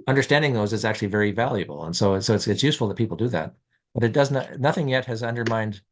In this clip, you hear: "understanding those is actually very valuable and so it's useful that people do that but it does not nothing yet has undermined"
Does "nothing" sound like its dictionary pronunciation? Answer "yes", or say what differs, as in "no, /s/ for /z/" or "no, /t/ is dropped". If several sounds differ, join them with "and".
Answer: yes